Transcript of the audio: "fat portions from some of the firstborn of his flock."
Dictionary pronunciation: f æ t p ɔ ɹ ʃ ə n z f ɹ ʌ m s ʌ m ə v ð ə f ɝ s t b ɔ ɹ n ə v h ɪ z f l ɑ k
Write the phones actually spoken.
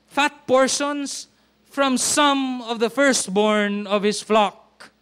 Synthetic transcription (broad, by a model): f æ t p ɔ ɹ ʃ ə n s f ɹ ʌ m s ʌ m ə v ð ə f ɝ s t b ɔ ɹ n ə v h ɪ s f l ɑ k